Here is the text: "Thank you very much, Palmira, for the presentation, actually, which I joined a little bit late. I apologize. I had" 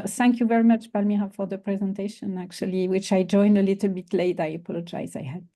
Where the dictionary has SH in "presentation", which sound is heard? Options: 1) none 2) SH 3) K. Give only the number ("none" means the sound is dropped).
2